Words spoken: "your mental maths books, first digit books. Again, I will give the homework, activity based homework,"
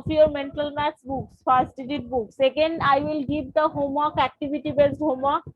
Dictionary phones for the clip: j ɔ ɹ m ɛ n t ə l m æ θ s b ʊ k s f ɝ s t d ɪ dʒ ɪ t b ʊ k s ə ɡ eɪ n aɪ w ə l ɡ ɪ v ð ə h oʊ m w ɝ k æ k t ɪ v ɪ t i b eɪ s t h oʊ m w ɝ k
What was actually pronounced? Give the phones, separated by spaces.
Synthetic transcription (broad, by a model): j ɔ ɹ m ɛ n t ə l m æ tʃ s b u k s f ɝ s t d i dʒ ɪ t b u k s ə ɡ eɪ n aɪ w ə l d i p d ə h oʊ m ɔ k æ k t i b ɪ t i b eɪ s t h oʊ m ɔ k